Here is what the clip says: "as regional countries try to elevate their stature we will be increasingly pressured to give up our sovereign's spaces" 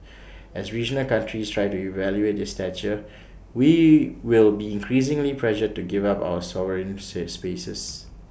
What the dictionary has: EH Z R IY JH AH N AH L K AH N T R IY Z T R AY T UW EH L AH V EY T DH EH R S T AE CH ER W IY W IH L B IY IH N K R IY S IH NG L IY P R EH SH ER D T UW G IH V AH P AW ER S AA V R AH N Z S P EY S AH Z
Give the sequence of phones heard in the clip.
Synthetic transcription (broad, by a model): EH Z R IY JH AH N AH L K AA N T R IY S T R AY T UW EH L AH EY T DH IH S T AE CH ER W IY W IH L B IY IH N K R IY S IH NG L IY P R EH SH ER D T UW G IH V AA P AW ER S AA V R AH N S S P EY S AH S